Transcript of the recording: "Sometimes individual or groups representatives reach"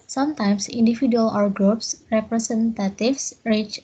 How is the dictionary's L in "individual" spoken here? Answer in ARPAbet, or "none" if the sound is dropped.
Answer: W